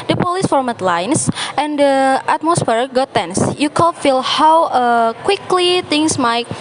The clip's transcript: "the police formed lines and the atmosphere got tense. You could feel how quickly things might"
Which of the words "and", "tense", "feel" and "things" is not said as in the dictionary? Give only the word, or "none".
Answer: things